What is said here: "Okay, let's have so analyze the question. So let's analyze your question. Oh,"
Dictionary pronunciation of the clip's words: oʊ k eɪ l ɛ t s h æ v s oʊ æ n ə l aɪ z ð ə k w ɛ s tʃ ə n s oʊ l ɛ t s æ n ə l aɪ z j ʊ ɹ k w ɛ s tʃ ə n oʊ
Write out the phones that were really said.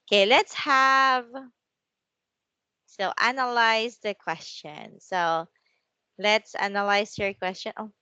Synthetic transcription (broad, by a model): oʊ k eɪ l ɛ t s h æ v s oʊ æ n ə l aɪ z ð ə k w ɛ s tʃ ə n s oʊ l ɛ t s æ n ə l aɪ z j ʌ ɹ k w ɛ s tʃ ə n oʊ